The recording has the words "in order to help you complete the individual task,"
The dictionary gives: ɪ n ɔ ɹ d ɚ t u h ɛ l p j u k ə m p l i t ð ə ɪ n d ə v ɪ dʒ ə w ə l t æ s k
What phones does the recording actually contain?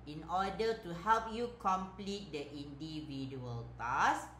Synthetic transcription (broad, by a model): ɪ n ɔ d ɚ t u h ɛ l p j u k ə m p l i t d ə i n d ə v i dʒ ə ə l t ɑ s